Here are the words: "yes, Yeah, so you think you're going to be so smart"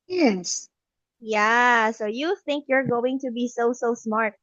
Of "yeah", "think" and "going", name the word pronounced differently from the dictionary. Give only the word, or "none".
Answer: none